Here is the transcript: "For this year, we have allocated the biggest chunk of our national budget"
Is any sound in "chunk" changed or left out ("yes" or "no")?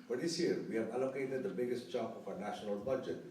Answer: yes